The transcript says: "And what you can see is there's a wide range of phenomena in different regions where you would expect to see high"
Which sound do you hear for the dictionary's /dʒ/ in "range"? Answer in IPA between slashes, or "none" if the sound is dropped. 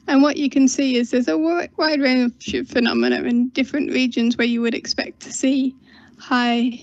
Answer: /ʃ/